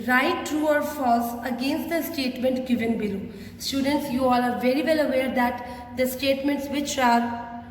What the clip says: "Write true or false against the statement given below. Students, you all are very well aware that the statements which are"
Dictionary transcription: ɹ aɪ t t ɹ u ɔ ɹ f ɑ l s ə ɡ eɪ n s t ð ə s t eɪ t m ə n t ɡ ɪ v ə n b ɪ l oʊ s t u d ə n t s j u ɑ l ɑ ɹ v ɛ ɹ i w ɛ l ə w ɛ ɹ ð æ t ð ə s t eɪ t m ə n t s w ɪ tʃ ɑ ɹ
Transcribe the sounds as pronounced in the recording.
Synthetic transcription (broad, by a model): ɹ aɪ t t ɹ u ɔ ɹ f ɑ l s ə ɡ eɪ n s t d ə s t eɪ t m ə n t ɡ ɪ v ə n b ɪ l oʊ s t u d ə n t s j u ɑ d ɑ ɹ v ɛ ɹ i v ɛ l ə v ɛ ɹ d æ t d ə s t eɪ t m ə n t s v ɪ tʃ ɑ ɹ